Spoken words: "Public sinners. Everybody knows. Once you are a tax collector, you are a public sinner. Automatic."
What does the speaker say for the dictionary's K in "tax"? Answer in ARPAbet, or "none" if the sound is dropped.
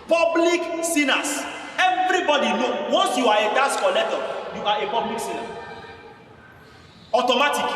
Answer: none